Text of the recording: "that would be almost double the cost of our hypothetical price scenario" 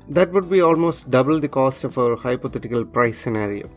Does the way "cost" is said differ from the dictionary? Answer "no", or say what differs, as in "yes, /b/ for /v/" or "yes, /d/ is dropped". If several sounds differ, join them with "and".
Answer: no